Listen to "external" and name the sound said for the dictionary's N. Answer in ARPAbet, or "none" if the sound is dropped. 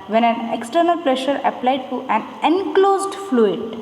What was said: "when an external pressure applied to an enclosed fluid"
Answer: N